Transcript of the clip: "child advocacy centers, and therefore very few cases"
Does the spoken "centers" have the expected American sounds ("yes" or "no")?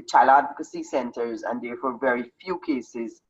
yes